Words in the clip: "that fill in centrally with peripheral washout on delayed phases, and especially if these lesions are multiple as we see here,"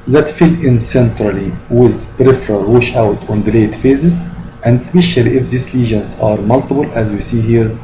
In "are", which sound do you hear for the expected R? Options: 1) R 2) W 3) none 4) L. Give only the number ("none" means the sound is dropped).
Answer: 1